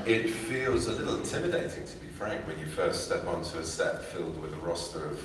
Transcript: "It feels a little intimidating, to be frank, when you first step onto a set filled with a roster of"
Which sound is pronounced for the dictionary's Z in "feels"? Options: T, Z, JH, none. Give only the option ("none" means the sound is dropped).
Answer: Z